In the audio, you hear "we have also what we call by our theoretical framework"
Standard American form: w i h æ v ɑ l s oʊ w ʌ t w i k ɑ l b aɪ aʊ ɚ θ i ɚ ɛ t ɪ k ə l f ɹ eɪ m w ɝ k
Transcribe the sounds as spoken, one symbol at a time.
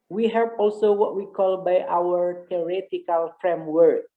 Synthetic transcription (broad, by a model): w i h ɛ p ɑ l s oʊ w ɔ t w i k ɑ l b aɪ aʊ ɚ t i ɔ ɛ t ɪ k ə l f ɹ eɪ m w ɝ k